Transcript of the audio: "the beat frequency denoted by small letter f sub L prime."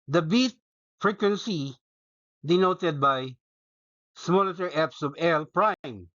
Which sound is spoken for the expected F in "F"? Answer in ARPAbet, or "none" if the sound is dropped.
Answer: P